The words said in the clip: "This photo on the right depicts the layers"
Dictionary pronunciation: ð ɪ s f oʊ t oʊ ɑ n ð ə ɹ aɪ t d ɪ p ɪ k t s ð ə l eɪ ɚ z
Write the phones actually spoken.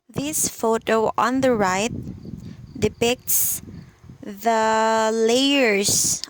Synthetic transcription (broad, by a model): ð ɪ s f oʊ t oʊ ɑ n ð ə ɹ aɪ t d ɪ p ɪ k t s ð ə l eɪ ɚ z